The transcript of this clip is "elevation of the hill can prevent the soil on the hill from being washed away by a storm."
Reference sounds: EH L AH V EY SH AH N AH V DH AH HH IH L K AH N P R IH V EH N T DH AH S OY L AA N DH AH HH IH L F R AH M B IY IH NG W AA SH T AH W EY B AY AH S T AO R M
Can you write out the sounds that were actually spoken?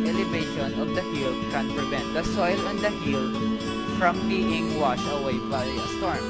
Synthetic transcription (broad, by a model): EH L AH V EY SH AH N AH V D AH HH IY L K AH N P R IH V EH N T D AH S OY L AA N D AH HH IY L F R AH M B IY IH NG W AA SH AH W EY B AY AH S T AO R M